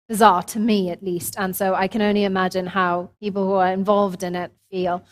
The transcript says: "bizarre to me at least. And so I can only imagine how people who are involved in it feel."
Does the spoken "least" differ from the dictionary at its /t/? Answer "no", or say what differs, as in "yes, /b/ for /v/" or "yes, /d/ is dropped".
no